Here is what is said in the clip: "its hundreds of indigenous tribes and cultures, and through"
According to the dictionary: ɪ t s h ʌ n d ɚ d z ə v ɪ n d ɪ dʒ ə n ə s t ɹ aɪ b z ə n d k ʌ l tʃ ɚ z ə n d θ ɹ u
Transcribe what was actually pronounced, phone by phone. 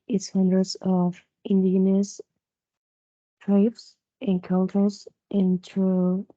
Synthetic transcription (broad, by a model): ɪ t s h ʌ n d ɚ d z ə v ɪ n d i ə n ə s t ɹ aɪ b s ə n k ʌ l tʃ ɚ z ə n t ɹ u